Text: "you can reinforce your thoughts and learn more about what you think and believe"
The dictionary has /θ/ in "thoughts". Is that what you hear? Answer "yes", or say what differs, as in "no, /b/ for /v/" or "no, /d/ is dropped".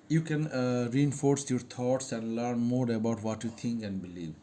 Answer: no, /t/ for /θ/